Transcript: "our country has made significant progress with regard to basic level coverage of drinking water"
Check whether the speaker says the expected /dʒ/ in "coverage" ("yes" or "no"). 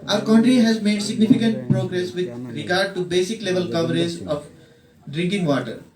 no